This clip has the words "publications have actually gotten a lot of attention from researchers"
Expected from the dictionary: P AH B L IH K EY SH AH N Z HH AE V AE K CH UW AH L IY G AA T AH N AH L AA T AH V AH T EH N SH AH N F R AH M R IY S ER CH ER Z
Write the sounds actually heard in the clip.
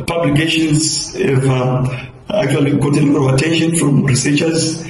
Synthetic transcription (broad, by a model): P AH B L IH K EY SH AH N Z HH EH V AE K CH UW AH L IY G AA T AH N AH N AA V AH T EH N SH AH N F R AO M R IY S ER CH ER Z